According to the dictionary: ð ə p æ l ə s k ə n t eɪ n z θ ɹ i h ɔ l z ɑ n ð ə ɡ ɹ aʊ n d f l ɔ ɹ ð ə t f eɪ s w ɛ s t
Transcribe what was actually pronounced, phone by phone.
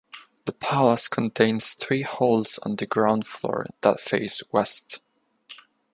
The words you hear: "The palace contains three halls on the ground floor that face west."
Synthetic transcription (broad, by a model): ð ə p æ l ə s k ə n t eɪ n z θ ɹ i h ɔ l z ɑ n ð ə ɡ ɹ aʊ n d f l ɔ ɹ ð ə t f eɪ s w ɛ s t